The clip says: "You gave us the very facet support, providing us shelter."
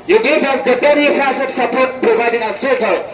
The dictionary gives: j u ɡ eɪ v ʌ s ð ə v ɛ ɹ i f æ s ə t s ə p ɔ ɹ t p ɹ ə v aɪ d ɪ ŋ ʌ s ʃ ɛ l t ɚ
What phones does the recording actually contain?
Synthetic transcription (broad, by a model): j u ɡ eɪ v ʌ s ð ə b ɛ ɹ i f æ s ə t s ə p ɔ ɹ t p ɹ ə v aɪ d ɪ ŋ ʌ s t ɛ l